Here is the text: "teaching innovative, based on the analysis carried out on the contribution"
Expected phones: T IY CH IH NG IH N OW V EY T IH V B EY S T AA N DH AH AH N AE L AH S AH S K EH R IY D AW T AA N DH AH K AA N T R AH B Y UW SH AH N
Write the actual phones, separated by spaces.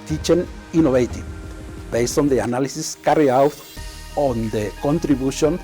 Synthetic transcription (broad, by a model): T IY CH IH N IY N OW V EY T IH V B EY S T AA N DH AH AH N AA L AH S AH S K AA R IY AW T AA N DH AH K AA N T R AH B Y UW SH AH N